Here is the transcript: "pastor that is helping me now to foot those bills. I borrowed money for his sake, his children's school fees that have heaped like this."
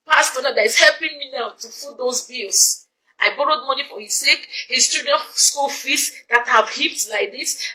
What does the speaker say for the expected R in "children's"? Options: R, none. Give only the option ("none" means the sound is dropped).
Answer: none